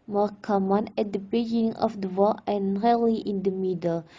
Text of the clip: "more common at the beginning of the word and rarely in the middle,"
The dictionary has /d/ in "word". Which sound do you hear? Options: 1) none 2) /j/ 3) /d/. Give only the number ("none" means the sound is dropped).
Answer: 1